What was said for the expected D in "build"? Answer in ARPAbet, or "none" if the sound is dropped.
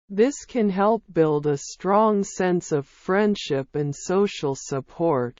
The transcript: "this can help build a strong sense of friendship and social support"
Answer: D